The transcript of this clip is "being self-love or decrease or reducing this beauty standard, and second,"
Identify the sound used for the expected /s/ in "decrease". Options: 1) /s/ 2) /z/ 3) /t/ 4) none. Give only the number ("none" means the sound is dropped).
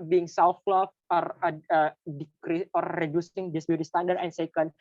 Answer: 4